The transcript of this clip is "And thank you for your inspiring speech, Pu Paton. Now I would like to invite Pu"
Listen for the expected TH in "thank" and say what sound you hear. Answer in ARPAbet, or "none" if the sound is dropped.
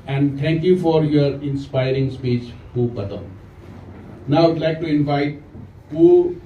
T